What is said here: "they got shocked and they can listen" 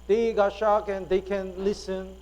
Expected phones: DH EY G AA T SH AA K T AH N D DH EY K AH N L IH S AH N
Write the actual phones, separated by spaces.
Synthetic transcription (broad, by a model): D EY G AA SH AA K AH N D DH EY K AH N L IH S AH N